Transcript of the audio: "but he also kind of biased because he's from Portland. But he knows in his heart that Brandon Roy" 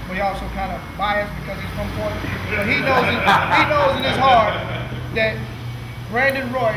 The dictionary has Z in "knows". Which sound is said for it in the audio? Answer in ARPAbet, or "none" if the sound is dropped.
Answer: Z